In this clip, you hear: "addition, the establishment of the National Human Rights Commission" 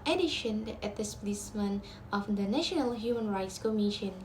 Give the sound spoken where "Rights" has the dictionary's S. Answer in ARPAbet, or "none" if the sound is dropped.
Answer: S